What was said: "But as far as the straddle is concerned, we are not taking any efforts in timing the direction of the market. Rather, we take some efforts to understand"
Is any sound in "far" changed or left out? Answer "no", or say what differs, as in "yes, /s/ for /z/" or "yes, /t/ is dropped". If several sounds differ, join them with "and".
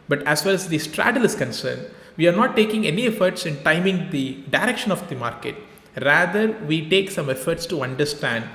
yes, /l/ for /ɹ/